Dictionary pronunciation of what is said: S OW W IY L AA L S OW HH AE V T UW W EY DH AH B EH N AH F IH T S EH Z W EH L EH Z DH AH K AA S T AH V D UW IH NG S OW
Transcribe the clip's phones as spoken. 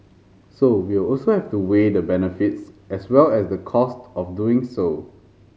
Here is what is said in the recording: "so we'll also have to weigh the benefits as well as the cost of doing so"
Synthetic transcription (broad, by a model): S OW W IY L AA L S OW HH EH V T UW W EY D AH B EH N AH F IH T S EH S W EH L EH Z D AH K AA S T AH F D UW IH NG S OW